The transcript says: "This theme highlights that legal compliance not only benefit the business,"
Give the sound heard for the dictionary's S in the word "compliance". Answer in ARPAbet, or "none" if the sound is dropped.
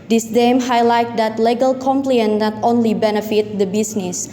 none